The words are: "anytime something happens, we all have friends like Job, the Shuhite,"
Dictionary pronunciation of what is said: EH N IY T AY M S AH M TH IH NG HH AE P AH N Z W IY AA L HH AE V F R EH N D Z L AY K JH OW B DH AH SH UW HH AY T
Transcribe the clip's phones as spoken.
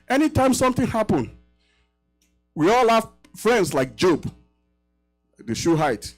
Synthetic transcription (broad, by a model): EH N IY T AY M S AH M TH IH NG HH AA P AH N W IY AA L HH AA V F R EH N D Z L AY K JH OW B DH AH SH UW HH AY T